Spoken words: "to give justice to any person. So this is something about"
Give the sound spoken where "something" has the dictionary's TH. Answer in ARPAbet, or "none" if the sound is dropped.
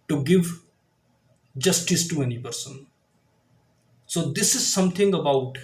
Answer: T